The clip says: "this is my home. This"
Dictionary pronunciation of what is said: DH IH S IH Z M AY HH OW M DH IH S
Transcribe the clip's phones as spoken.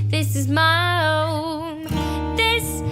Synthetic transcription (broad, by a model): DH IH S IH Z M AY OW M DH IH S